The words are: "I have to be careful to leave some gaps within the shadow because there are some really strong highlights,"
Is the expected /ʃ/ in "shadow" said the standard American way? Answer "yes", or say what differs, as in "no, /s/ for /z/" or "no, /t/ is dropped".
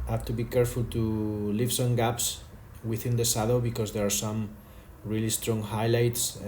no, /s/ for /ʃ/